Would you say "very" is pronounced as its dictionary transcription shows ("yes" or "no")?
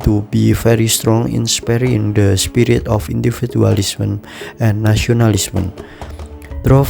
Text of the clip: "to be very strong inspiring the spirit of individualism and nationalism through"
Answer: no